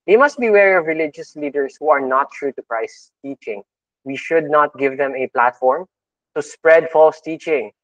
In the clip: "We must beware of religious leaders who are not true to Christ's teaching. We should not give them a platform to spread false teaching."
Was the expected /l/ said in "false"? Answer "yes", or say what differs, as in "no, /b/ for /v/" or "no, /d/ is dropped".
yes